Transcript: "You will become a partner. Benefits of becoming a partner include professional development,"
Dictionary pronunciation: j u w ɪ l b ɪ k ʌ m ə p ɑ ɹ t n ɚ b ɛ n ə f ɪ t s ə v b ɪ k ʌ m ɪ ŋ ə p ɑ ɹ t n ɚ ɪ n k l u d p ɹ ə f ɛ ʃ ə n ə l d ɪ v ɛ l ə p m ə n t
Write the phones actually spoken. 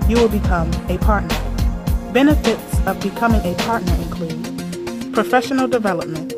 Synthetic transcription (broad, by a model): j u w ɪ l b ɪ k ʌ m ə p ɑ ɹ t n ɚ b ɛ n ə f ɪ t s ə v b ɪ k ʌ m ɪ ŋ ə p ɑ ɹ t n ɚ ɪ n k l u d p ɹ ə f ɛ ʃ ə n l d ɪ v ɛ l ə p m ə n t